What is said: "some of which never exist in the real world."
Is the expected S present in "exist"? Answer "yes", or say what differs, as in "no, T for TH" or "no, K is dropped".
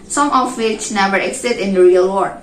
no, S is dropped